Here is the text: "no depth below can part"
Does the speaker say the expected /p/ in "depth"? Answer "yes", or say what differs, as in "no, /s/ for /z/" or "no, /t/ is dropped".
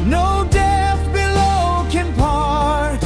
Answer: no, /p/ is dropped